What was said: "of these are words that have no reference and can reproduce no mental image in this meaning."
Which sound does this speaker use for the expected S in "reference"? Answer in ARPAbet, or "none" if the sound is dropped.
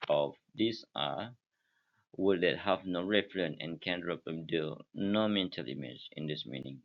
none